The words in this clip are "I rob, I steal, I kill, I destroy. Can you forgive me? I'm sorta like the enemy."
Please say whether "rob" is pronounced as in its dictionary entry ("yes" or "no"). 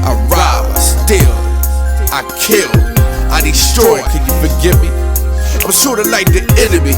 no